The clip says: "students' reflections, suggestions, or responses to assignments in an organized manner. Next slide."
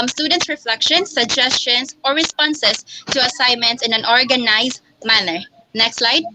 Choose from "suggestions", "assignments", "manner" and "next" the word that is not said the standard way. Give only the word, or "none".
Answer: suggestions